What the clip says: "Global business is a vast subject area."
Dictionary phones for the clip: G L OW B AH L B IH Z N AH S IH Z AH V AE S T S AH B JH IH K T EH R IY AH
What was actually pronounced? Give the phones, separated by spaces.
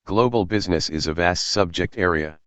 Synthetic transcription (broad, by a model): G L OW B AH L B IH Z N AH S IH Z AH V AE S T S AH B JH IH K T EH R IY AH